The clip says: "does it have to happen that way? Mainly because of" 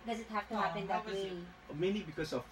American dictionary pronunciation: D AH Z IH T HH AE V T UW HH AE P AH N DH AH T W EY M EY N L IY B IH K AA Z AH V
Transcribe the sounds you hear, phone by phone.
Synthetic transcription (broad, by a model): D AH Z IH T HH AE F T UW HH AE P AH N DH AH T W EY M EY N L IY B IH K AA S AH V